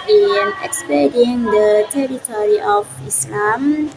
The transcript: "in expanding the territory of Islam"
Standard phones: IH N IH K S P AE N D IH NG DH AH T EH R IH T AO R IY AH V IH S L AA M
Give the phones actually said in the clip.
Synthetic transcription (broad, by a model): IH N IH K S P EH D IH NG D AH T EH R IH T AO R IY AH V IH S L AA M